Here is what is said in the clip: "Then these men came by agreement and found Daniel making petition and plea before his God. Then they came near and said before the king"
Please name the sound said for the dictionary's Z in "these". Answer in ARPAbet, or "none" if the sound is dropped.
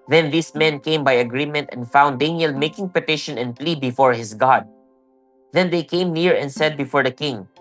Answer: S